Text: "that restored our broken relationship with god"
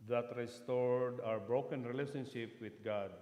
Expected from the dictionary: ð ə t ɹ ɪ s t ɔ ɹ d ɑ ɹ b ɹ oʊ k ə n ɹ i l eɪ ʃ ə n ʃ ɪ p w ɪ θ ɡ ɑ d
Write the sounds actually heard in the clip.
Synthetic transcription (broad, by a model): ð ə t ɹ ɪ s t ɔ ɹ d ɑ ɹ b ɹ oʊ k ə n ɹ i l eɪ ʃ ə n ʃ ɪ p w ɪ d ɡ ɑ d